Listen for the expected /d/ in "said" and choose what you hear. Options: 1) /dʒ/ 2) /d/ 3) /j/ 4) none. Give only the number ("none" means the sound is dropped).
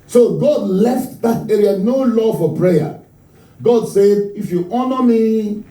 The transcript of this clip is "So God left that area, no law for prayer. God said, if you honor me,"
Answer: 2